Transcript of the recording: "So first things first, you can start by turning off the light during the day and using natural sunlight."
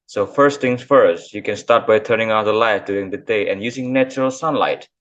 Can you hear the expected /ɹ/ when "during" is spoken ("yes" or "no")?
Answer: no